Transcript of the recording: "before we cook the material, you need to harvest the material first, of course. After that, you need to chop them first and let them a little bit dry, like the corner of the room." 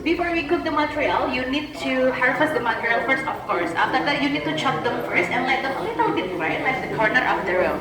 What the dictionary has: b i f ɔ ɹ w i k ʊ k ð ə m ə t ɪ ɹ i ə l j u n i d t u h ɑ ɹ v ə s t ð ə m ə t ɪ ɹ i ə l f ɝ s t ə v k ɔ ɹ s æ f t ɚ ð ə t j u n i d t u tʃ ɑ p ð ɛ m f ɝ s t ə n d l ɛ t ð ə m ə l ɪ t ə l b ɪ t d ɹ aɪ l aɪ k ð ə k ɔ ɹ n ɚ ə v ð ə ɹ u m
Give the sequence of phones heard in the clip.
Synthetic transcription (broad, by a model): b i f ɔ ɹ w i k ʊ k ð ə m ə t ɹ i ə l j u n i d t u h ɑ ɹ f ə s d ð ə m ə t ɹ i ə l f ɝ s t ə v k ɔ ɹ s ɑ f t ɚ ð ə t j u n i d t u tʃ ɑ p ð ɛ m f ɝ s t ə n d l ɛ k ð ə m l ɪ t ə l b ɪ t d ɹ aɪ l aɪ k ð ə k ɔ ɹ n ɚ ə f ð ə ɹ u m